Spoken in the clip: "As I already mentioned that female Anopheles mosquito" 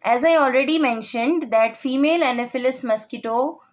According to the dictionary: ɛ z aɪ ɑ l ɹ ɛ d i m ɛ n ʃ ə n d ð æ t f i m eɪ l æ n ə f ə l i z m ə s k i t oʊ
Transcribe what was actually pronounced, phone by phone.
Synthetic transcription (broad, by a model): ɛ z aɪ ɑ l ɹ ɛ d i m ɛ n ʃ ə n d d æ t f i m eɪ l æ n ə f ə l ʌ s m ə s k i t oʊ